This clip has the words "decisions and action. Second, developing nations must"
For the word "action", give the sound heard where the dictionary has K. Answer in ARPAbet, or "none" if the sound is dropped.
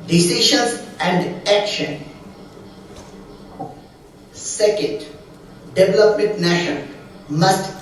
K